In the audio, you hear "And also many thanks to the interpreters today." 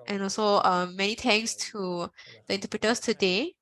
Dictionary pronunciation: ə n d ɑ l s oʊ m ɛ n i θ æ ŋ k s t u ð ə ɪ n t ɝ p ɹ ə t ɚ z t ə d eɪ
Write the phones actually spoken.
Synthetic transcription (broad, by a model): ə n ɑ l s oʊ m ɛ n i t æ ŋ s t u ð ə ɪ n t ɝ p ɹ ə t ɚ s t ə d eɪ